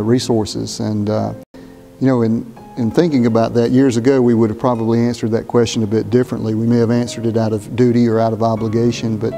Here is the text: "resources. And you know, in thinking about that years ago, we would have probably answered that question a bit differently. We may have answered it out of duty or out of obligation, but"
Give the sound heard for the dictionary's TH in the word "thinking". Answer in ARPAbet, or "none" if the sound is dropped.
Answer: TH